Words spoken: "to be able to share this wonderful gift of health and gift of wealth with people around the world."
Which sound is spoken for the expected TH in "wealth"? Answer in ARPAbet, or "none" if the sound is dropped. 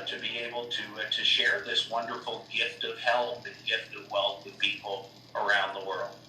TH